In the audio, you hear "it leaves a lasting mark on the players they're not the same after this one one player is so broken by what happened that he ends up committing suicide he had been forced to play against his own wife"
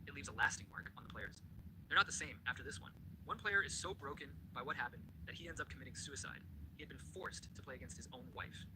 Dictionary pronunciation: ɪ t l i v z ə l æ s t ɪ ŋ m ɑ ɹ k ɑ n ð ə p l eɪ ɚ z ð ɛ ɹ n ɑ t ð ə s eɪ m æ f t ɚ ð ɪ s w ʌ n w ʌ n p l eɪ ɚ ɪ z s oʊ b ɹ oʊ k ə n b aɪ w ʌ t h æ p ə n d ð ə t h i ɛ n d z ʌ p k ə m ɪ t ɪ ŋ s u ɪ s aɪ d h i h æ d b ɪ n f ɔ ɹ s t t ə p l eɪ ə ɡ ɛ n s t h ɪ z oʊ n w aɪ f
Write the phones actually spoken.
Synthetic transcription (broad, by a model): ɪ t l i v z ə l æ s t ɪ ŋ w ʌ ɹ k n ð ə p l eɪ ɚ z ð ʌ ɹ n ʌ t ð ə s eɪ m æ f t ɚ ð ɪ s w ʌ n w ʌ n p l eɪ ɚ ɪ z s oʊ b ɹ oʊ k ə n b aɪ w ʌ t h æ p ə n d ð ə t h i ɛ n d z ʌ p k ə m ɪ t ɪ ŋ s u ɪ s aɪ d h i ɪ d b ɪ n f ɔ ɹ s t t ə p l eɪ ə ɡ ɛ n s t h ɪ z oʊ n w aɪ f